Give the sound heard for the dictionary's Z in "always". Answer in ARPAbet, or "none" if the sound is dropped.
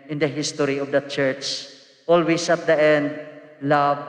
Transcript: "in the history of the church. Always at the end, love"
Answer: S